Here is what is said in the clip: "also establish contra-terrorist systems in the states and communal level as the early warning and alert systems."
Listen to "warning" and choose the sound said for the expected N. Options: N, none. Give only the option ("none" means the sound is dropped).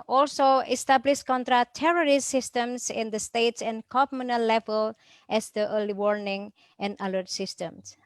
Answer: N